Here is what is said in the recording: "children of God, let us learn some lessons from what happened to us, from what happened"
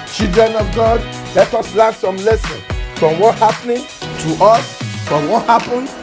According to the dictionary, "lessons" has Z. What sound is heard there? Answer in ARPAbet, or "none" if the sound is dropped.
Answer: none